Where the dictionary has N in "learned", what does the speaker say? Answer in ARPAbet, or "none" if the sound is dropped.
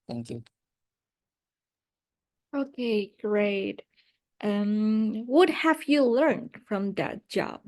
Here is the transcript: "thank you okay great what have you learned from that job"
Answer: N